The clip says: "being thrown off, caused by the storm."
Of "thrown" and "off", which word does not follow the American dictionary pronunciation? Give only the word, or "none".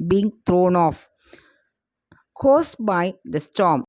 thrown